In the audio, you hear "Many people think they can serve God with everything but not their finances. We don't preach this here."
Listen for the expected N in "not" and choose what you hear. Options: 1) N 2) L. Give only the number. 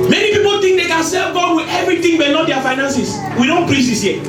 2